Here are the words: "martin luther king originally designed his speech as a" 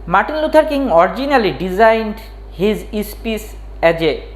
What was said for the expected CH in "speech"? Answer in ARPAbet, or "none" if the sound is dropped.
S